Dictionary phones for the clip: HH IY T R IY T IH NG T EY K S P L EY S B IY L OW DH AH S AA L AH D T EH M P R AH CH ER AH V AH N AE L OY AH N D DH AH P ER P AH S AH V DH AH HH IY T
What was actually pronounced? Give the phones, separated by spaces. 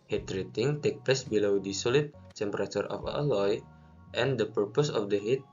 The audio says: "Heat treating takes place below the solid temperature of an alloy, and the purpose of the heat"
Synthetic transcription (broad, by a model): HH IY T R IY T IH NG T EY K P L EY S B IY L OW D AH S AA L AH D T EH M P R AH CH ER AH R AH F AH L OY AH N D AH P ER P AH S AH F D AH HH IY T